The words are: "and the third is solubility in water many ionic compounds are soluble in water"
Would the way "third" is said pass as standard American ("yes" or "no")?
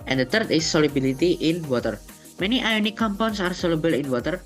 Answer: no